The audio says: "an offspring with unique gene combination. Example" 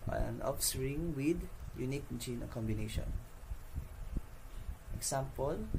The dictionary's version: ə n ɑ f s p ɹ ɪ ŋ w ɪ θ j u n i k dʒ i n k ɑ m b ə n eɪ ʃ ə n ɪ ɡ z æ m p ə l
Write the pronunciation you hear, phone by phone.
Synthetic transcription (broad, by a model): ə n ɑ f s ɹ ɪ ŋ w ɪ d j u n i k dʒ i n k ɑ m b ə n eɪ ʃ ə n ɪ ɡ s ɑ m p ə l